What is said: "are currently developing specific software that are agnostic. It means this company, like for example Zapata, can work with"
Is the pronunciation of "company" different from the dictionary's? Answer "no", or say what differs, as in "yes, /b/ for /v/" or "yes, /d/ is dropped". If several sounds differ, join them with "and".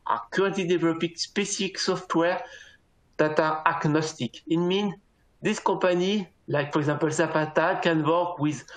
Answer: yes, /m/ is dropped